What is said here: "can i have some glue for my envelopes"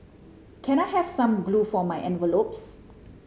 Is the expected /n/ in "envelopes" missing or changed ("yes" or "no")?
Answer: no